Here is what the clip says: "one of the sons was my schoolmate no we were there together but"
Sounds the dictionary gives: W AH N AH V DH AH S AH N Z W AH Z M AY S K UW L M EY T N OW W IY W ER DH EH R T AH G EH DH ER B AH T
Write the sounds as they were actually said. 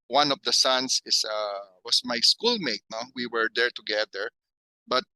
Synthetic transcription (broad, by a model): W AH N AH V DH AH S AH N S W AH S M AY S K UW L M EY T N OW W IY W ER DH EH R T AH G EH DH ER B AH T